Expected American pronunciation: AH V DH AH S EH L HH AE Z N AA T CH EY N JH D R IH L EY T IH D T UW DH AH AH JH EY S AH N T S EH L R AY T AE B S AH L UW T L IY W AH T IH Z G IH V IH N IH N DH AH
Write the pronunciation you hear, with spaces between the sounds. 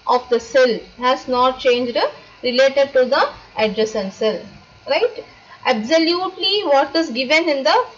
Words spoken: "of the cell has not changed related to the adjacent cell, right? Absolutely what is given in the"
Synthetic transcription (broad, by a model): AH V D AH S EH L HH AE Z N AA T CH EY N JH D R IH L EY T IH D T UW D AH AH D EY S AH N S EH L R AY T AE B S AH L UW T L IY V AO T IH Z G IH V IH N IH N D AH